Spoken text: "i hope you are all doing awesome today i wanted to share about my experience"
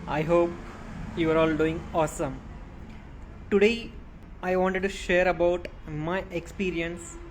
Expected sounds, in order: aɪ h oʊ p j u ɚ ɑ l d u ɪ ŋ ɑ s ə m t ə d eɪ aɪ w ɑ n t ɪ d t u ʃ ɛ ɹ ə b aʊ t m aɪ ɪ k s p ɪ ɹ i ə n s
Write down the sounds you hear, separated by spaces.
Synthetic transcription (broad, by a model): aɪ h oʊ p j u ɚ ɑ l d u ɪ ŋ ɑ s ə m t ə d eɪ aɪ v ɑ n t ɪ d t u ʃ ɛ ɹ ə b aʊ t m aɪ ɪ k s p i ɹ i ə n s